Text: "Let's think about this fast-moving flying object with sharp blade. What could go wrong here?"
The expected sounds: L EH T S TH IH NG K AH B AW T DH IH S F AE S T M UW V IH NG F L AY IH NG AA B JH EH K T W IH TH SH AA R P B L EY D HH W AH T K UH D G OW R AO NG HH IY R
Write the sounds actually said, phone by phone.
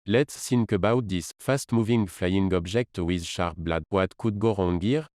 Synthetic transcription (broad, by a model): L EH T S S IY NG K AH B AW T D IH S F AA S T M UW V IH NG F L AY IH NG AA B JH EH K T W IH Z SH AA R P B L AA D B W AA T K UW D G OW R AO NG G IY R